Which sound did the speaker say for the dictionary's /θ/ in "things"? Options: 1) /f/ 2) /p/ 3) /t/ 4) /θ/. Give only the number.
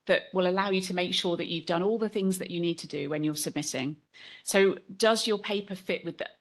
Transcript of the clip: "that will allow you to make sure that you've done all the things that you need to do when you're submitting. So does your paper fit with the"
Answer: 4